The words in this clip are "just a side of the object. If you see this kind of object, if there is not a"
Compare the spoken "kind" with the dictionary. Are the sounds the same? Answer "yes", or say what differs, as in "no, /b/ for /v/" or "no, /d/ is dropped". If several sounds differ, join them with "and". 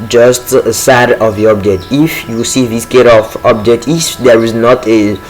no, /n/ is dropped